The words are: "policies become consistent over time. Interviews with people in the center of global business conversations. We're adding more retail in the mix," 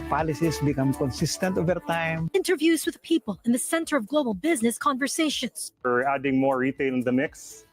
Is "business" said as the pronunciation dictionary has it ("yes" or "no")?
yes